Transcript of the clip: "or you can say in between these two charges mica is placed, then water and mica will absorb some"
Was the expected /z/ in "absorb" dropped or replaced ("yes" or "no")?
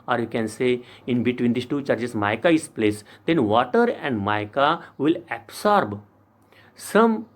yes